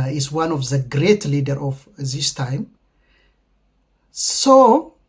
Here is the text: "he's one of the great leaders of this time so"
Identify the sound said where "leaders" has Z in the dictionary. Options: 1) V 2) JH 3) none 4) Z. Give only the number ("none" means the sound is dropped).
3